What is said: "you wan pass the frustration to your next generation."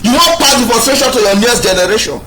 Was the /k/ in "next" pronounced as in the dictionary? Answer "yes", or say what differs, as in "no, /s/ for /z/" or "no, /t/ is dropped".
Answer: no, /k/ is dropped